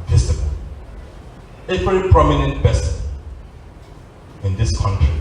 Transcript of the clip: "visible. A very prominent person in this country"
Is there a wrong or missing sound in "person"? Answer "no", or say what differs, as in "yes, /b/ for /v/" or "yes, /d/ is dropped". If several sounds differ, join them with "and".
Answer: yes, /b/ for /p/